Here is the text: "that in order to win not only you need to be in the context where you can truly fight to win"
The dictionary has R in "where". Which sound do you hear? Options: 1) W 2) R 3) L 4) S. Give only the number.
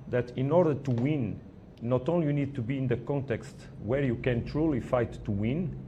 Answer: 2